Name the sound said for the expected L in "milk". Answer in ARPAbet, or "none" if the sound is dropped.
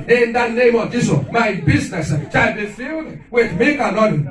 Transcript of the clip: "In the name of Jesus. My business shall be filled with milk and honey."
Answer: none